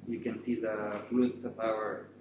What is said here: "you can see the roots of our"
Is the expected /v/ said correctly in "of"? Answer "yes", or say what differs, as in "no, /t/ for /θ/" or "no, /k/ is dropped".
no, /p/ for /v/